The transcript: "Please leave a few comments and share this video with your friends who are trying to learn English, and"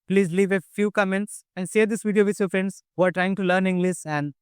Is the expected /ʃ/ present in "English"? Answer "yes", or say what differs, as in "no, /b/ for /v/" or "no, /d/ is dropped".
no, /s/ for /ʃ/